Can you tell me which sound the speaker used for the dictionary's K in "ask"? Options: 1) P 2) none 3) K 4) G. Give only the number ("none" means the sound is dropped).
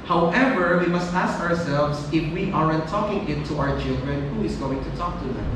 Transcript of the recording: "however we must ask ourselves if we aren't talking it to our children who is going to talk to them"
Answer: 3